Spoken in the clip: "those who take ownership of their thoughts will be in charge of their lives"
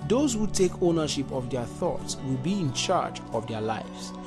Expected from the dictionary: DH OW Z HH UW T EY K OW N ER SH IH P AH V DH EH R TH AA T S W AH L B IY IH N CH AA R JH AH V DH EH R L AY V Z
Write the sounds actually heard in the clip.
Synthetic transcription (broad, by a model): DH OW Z HH UW T EY K OW N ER SH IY P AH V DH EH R TH AA T S W AH L B IY IH N CH AA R JH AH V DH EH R L AY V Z